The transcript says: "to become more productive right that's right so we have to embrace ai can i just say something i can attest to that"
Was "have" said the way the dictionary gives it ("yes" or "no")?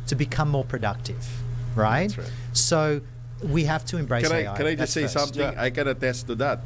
no